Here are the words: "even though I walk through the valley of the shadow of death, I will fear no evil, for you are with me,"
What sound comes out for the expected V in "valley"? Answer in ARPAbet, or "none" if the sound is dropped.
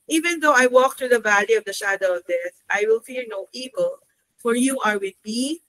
V